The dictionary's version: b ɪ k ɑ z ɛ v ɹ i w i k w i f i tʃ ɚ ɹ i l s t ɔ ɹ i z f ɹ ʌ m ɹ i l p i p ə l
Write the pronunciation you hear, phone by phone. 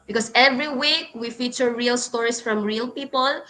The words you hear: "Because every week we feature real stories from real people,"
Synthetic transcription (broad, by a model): b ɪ k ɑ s ɛ v ɹ i w i k w i f i tʃ ɚ ɹ i l s t ɔ ɹ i s f ɹ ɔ m ɹ i l p i p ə l